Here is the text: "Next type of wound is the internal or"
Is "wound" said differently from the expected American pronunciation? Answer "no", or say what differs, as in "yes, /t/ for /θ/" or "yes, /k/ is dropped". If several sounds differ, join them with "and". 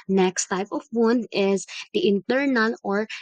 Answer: yes, /d/ is dropped